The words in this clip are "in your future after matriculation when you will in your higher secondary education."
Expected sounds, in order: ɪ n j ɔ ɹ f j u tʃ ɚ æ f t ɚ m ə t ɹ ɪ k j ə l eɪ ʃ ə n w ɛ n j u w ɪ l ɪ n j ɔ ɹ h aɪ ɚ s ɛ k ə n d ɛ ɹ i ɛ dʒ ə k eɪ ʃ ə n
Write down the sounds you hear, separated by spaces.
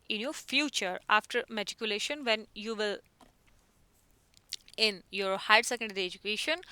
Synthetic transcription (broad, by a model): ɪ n j ɔ ɹ f j u tʃ ɚ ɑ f t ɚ m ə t ɪ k j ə l eɪ ʃ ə n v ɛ n j u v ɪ l ɪ n j ɔ ɹ h aɪ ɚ s ɛ k ə n d ɛ ɹ i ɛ dʒ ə k eɪ ʃ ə n